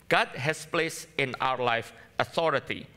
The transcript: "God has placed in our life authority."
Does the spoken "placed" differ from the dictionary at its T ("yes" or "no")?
yes